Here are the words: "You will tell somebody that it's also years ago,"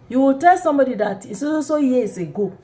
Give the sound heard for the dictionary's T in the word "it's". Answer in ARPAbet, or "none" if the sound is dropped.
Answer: S